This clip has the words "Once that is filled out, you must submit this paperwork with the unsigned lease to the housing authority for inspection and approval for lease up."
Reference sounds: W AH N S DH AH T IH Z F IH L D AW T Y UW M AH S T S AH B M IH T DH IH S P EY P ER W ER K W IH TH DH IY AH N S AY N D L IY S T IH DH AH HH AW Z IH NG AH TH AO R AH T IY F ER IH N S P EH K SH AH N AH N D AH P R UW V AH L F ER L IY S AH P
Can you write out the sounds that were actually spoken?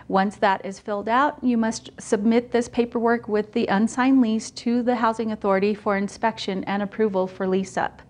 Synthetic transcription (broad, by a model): W AH N S DH AH T IH Z F IH L D AW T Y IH M AH S T S AH B M IH T DH IH S P EY P ER W ER K W IH DH IY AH N S AY N L IY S T IH DH AH HH AW Z IH NG AH TH AO R AH T IY F ER IH N S P EH K SH AH N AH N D AH P R UW V AH L F ER L IY S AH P